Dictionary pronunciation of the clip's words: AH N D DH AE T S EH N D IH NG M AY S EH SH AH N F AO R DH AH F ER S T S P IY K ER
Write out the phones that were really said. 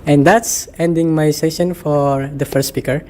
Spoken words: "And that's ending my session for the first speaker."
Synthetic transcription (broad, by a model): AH N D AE T S EH N D IH NG M AY S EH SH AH N F AO R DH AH F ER T S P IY K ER